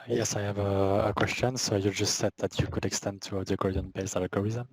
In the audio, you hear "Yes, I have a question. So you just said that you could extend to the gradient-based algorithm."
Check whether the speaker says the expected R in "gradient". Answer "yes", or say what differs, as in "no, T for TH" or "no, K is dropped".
no, R is dropped